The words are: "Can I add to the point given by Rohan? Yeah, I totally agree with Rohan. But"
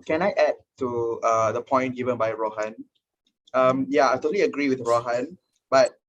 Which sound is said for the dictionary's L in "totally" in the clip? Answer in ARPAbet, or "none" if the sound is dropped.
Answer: L